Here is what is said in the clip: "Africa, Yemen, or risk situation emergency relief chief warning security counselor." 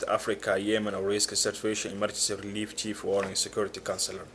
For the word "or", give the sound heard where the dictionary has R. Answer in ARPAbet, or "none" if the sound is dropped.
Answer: W